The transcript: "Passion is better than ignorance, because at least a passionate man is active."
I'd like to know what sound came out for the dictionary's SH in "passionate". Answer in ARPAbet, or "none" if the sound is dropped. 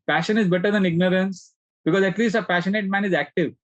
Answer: SH